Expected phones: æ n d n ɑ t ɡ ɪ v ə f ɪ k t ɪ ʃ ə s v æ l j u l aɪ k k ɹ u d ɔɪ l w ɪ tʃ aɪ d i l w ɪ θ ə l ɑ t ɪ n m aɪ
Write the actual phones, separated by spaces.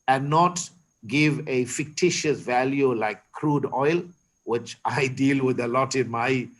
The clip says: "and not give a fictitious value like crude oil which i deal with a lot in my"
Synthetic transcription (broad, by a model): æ n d n ɑ t ɡ ɪ v ə f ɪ k t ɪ ʃ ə s v æ l j u l aɪ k k ɹ u d ɔɪ l w ɪ tʃ aɪ d i l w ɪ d ə l ɑ t ɪ n m aɪ